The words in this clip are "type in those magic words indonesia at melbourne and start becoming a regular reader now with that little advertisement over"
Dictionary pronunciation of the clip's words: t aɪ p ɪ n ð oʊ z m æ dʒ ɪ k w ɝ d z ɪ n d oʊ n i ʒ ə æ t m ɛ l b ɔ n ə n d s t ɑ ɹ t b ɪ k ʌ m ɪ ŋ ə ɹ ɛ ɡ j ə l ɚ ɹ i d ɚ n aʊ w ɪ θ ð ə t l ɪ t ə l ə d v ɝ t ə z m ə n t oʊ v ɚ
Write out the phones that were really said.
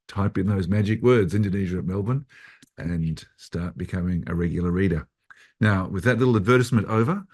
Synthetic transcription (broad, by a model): t aɪ p ɪ n ð oʊ z m æ dʒ ɪ k w ɝ d z ɪ n d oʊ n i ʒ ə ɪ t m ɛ l b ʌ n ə n s t ɑ ɹ t b ɪ k ʌ m ɪ ŋ ə ɹ ɛ ɡ j l ɚ ɹ i d ɚ n aʊ w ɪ ð ə t l ɪ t l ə d v ɝ t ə s m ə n t oʊ v ɚ